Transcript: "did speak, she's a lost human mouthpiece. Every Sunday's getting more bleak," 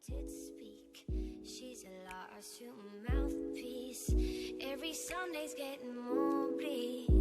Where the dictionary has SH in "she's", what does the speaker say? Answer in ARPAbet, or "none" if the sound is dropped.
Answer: SH